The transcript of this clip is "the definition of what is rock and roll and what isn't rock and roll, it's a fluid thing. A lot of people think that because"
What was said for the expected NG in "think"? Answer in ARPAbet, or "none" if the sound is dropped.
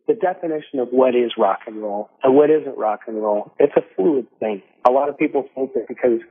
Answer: none